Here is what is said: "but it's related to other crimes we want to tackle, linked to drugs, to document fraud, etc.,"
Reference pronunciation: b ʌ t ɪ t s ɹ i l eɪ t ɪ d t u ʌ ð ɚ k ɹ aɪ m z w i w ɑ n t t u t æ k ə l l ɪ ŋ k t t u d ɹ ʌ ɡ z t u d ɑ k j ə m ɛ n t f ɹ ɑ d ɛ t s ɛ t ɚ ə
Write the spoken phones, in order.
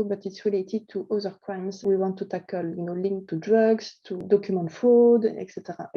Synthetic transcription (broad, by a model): b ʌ t ɪ t s ɹ i l eɪ t ɪ d t u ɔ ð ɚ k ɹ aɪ m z w i w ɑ n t t u t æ k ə l l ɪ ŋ k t t u d ɹ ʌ ɡ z t u d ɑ k j m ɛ n t f ɑ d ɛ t s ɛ t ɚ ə